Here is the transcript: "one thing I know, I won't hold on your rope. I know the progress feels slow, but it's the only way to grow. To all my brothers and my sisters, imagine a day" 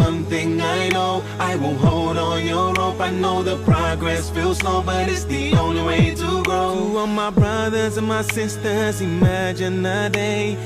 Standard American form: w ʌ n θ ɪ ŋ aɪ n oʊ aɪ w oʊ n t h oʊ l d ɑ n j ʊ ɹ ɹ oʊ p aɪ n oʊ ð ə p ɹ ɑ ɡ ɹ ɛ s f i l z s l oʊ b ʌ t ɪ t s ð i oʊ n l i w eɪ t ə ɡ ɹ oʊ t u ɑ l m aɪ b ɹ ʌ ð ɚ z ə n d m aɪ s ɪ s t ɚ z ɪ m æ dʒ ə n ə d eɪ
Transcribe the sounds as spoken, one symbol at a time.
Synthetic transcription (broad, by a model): ʌ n θ ɪ ŋ aɪ n oʊ aɪ w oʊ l h oʊ l d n j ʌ ɹ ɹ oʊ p aɪ n oʊ ð ə p ɹ ɑ ɡ ɹ ɛ s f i l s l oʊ b ʌ t ɪ t s ð i oʊ n l i w eɪ t ə ɡ ɹ oʊ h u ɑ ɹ m aɪ b ɹ ʌ ð ɚ z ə n m aɪ s ɪ s t ɚ z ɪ m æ dʒ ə n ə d eɪ